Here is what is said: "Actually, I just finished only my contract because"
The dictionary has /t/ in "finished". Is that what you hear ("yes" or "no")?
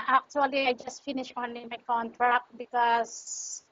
no